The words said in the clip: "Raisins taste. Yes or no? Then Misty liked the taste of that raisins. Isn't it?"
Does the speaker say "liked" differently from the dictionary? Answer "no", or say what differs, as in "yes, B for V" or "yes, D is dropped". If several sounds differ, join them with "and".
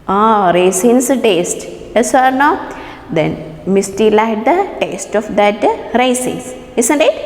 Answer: yes, K is dropped